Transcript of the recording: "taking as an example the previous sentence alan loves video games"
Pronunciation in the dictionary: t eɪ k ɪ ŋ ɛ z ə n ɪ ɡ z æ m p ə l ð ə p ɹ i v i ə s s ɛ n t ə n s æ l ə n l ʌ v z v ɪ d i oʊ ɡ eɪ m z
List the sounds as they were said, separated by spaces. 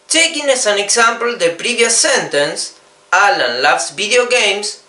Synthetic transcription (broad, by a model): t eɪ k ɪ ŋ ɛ s ə n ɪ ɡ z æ m p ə l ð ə p ɹ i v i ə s s ɛ n t ə n s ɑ l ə n l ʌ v s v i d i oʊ ɡ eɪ m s